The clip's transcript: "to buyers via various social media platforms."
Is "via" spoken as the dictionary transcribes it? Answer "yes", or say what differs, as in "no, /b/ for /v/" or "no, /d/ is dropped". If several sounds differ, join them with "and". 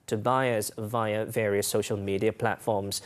yes